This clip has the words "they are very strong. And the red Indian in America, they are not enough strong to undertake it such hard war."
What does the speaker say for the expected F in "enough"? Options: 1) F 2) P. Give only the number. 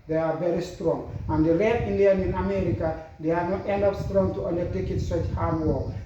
2